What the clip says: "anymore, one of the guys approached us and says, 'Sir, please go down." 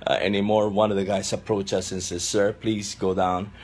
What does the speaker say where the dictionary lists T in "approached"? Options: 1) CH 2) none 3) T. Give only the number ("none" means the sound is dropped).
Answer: 2